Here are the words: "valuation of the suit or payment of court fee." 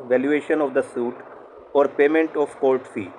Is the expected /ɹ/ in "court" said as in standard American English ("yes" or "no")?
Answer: no